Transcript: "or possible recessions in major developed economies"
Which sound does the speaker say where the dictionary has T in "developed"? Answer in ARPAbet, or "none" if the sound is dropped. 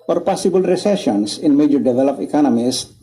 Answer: none